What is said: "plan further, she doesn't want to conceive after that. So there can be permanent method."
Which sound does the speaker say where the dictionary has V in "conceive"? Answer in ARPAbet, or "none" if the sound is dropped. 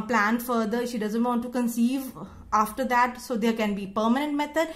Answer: V